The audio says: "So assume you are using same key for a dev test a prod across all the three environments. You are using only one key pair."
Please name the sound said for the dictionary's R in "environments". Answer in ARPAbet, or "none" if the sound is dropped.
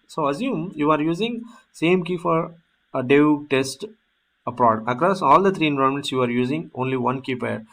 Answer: none